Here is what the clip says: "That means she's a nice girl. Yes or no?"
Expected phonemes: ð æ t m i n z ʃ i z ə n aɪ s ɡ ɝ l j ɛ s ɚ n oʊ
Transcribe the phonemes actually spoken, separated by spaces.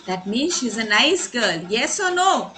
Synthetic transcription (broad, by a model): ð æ t m i n z ʃ i z ə n aɪ s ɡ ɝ l j ɛ s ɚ n oʊ